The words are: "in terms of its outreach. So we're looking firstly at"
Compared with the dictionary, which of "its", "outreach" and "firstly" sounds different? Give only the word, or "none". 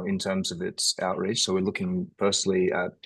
firstly